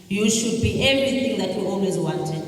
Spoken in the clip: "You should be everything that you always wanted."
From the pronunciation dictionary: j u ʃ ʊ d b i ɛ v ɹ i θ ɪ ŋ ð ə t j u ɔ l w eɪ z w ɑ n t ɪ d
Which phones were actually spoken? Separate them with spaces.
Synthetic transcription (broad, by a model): j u ʃ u d b i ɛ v i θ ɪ ŋ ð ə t j u ɔ l w eɪ z w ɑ n t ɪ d